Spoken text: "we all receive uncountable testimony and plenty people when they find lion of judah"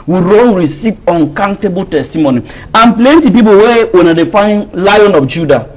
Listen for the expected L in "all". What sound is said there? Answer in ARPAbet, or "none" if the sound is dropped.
N